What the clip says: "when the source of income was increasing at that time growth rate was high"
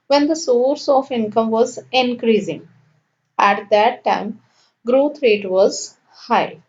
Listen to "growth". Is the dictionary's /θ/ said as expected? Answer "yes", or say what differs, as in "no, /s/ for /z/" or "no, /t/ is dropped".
no, /t/ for /θ/